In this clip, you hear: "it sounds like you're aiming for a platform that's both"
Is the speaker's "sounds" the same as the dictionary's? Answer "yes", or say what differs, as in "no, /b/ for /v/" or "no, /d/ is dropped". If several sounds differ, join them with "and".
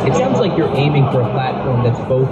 yes